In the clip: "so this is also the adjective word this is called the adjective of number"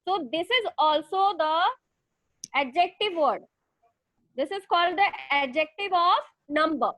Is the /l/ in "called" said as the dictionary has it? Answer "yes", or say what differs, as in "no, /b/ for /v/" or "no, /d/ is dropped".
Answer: yes